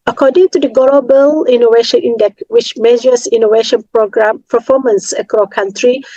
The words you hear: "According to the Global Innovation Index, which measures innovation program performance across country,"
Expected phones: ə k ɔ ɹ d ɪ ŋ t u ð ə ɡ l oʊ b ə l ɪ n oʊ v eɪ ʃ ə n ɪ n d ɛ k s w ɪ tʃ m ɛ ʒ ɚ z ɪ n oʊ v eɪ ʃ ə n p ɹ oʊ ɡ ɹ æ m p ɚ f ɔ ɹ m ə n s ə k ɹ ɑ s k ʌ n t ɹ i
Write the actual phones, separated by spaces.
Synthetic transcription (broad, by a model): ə k ɔ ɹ d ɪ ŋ t u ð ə ɡ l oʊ b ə l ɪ n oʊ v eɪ ʃ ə n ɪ n d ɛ k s w ɪ tʃ m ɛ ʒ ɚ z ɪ n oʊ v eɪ ʃ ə n p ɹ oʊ ɡ ɹ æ m p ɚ f ɔ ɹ m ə n s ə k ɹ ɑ k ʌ n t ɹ i